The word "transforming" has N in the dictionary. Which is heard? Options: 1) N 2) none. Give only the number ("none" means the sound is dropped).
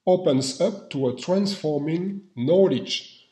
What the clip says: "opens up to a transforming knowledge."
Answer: 1